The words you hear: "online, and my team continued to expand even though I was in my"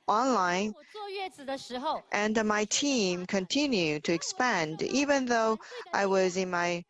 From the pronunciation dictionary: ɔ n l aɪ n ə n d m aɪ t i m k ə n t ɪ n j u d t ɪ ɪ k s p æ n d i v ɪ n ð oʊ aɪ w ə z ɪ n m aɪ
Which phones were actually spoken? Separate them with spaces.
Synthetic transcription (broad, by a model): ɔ n l aɪ n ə n m aɪ t i m k ə n t ɪ n j u d t ɪ ɪ k s p æ n d i v ɪ n ð oʊ aɪ w ə z ɪ n m aɪ